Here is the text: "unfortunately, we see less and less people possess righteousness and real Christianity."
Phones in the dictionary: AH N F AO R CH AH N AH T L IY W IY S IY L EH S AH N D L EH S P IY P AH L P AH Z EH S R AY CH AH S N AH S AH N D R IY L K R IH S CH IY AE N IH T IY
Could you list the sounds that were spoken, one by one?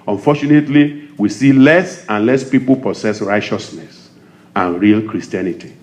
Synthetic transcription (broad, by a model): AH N F AO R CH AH N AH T L IY W IY S IY L EH S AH N L EH S P IY P AH L P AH S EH S R AY CH AH S N AH S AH N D R IY L K R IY S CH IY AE N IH T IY